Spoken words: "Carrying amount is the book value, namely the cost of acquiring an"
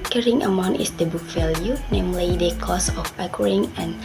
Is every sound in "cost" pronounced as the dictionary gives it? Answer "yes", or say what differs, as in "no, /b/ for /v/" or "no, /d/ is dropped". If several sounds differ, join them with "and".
no, /t/ is dropped